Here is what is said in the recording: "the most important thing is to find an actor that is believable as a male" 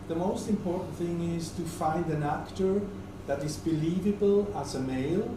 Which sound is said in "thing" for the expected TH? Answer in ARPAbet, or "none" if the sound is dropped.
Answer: TH